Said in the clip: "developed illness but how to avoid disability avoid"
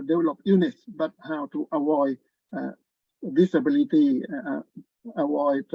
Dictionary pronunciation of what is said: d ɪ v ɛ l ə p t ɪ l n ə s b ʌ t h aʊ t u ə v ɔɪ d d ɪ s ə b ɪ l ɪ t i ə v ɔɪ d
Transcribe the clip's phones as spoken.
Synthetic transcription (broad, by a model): d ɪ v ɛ l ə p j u n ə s b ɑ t h aʊ t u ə w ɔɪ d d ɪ s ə b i l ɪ t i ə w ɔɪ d